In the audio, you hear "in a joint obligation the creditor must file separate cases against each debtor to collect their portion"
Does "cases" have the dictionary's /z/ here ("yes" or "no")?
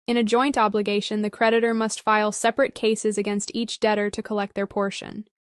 yes